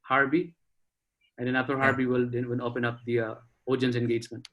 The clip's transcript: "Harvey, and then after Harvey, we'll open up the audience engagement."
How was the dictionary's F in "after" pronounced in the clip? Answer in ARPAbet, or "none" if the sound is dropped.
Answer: none